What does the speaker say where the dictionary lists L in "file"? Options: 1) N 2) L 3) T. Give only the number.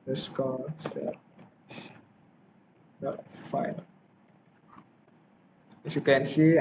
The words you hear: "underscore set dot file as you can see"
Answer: 1